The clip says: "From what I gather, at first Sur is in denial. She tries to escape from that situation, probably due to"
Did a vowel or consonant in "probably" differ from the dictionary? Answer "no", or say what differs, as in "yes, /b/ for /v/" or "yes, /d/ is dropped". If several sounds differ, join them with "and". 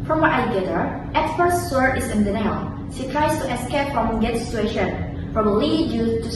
yes, /f/ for /p/ and /b/ is dropped